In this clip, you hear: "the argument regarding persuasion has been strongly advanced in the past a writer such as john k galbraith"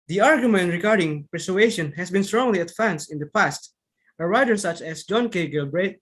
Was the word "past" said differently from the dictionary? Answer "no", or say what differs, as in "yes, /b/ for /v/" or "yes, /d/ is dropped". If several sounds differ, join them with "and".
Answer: no